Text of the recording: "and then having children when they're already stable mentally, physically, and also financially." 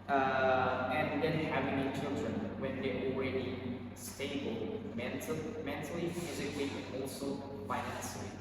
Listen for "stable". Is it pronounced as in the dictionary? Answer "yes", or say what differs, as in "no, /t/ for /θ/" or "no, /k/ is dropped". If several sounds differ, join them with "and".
yes